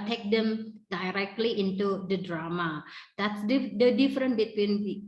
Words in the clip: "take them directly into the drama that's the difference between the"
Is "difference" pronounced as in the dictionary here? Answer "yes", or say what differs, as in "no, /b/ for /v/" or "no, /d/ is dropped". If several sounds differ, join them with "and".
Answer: no, /s/ is dropped